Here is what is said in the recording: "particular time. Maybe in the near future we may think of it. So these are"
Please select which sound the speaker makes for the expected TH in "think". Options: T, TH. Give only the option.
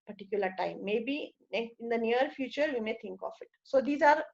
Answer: T